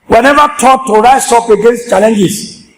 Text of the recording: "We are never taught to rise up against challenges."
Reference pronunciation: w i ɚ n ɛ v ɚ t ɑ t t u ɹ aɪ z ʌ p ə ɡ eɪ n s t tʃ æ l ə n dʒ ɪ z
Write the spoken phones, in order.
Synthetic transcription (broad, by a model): w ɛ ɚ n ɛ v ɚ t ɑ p t u ɹ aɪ s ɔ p ə ɡ eɪ n s t tʃ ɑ l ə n dʒ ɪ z